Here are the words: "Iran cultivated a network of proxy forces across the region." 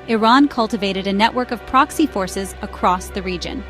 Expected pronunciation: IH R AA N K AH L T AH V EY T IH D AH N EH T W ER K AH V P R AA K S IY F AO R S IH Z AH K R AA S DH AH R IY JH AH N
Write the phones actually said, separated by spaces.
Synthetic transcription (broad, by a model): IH R AA N K AH L T AH V EY T IH D AH N EH T W ER K AH V P R AA K S IY F AO R S IH Z AH K R AA S DH AH R IY JH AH N